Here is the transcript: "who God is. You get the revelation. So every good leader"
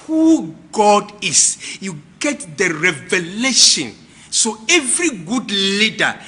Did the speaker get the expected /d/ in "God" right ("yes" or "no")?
yes